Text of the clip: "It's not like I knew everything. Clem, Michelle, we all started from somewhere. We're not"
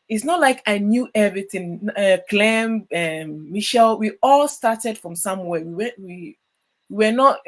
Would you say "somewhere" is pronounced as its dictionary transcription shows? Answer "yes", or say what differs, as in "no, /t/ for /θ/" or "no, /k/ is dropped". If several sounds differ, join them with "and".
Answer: no, /w/ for /ɹ/